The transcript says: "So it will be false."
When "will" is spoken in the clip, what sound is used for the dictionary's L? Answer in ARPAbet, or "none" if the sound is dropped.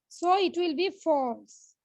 L